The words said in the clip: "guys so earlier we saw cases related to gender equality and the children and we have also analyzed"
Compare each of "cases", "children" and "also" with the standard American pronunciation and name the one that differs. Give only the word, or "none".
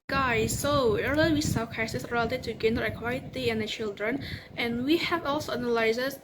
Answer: cases